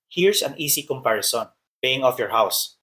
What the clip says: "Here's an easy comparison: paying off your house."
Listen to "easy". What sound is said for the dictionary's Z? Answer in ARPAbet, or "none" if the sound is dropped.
S